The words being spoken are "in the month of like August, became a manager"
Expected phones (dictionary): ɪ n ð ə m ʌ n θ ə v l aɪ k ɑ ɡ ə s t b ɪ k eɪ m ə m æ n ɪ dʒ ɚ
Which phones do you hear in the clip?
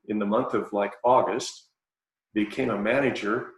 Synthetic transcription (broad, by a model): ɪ n ð ə m ʌ n θ ə v l aɪ k ɑ ɡ ə s t b ɪ k eɪ m ə m æ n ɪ dʒ ɚ